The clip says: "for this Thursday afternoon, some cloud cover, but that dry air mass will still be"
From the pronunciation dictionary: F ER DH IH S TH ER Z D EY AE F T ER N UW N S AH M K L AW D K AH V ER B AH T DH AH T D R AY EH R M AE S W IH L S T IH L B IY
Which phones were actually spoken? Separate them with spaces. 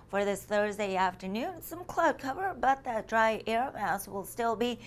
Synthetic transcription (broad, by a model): F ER DH IH S TH ER Z D EY AE F T ER N UW N S AH M K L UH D K AH V ER B AH T DH AH T D R AY EH R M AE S W IH L S T IH L B IY